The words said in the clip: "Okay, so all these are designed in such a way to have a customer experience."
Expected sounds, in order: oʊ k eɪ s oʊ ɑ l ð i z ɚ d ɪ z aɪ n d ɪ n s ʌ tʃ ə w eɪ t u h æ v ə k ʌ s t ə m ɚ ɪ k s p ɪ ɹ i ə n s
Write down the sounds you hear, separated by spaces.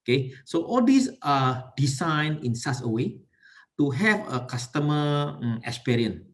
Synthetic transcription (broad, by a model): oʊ k eɪ s oʊ ɑ l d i s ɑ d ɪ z aɪ n ɪ n s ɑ s ə w eɪ t u h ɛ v ə k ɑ s t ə m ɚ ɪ k s p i ɹ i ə n